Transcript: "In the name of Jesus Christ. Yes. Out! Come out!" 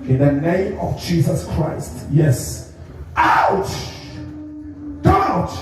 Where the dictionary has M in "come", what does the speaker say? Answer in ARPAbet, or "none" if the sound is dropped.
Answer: none